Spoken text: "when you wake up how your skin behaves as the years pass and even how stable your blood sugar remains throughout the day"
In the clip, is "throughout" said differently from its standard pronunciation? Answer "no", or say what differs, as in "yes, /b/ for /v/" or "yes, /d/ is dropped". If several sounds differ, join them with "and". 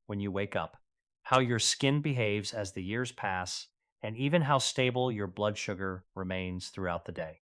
no